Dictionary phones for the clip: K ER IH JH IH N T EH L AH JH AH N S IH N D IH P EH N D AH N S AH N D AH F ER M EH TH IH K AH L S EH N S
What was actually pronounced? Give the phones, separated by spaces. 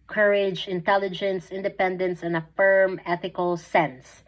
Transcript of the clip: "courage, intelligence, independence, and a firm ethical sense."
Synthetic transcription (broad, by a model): K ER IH JH IH N T EH L AH JH AH N S IH N D IH P EH N D AH N S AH N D AH F ER M EH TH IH K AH L S EH N S